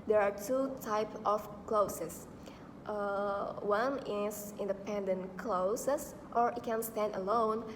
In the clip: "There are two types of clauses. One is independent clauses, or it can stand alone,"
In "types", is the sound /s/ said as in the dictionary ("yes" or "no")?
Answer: no